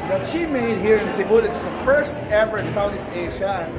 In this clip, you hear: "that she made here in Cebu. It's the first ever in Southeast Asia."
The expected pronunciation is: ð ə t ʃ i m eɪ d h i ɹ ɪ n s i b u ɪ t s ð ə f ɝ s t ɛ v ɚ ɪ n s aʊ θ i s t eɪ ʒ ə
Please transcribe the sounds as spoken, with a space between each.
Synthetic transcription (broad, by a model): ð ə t ʃ i m eɪ d h i ɹ ɪ n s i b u ɪ t s ð ə f ɝ s t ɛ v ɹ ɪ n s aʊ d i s eɪ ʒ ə